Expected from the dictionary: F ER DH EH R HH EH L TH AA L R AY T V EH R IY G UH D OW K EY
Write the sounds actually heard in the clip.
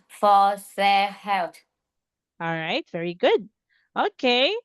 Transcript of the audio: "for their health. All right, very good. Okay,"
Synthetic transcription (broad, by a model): F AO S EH HH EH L T AA L R AY T V EH R IY G UH D OW K EY